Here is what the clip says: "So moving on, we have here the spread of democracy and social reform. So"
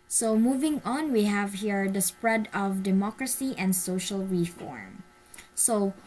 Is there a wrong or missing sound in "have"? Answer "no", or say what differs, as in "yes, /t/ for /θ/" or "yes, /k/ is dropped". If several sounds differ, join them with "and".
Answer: no